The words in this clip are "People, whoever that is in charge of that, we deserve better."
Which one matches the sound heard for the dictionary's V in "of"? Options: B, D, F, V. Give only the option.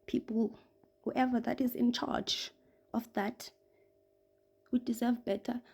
F